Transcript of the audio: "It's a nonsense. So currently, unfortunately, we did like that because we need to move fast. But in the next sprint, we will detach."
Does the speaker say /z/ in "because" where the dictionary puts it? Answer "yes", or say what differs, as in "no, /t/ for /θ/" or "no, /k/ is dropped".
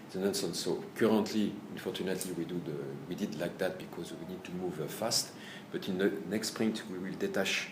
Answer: yes